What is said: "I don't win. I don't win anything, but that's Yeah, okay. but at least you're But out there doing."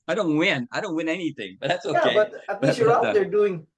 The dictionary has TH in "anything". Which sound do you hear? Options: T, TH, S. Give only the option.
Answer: TH